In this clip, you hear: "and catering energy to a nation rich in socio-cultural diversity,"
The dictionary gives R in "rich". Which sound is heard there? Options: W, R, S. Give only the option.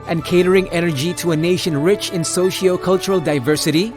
R